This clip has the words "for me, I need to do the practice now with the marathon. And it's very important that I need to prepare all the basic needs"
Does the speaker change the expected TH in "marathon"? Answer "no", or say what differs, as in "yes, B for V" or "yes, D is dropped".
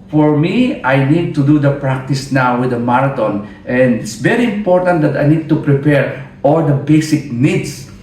yes, T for TH